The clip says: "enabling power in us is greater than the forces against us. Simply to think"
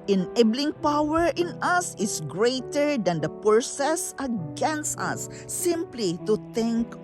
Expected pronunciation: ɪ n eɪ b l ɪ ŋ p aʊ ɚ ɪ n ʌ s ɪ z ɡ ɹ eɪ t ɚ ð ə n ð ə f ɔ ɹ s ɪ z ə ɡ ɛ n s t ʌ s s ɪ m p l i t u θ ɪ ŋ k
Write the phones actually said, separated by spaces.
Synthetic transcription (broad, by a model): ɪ n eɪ b l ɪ ŋ p aʊ ɚ ɪ n ʌ s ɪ s ɡ ɹ eɪ t ɚ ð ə n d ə p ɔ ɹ s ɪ s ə ɡ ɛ n s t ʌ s s ɪ m p l i t u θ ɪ ŋ k